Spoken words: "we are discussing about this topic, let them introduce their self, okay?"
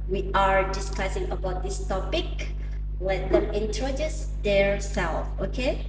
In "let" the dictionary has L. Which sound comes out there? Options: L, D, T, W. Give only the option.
W